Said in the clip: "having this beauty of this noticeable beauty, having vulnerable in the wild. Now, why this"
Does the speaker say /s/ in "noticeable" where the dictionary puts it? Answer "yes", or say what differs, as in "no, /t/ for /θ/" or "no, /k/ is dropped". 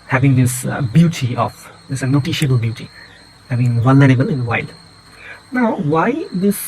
no, /ʃ/ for /s/